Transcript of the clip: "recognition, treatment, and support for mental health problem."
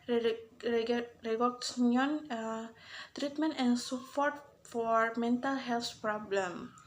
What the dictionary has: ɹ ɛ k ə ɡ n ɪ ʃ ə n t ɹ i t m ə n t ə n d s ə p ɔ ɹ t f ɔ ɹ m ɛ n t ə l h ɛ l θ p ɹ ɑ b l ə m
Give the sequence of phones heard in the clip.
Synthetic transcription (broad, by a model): ɹ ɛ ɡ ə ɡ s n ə n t ɹ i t m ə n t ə n s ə f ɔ ɹ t f ɔ ɹ m ɛ n t ə l h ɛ l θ p ɹ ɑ b l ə m